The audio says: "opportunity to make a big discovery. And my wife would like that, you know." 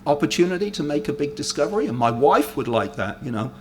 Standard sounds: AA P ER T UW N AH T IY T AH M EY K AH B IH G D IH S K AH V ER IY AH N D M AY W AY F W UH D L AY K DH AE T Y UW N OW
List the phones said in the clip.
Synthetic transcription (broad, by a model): AA P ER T UW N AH T IY T AH M EY K AH B IH G D IH S K AH V ER IY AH N M AY W AY F W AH D L AY K DH AE T Y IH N OW